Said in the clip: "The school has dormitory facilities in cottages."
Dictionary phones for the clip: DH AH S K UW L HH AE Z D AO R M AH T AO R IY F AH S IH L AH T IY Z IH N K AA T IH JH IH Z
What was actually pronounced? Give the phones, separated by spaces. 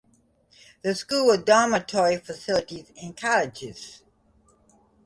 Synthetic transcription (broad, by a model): DH AH S K UW L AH D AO M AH T AO R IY F AH S IH L AH T IY Z IH N K AA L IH JH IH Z